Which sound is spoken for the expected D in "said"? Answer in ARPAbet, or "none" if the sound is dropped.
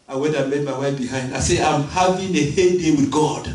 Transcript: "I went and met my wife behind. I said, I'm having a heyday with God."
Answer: none